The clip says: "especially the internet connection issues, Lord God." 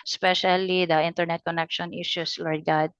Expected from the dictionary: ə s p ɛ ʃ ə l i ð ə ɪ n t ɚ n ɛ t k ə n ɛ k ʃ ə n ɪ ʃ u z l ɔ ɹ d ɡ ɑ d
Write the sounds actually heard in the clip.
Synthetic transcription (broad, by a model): s p ɛ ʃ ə l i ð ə ɪ n t ɚ n ɛ t k ə n ɛ k ʃ ə n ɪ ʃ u s l ɔ ɹ d ɡ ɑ d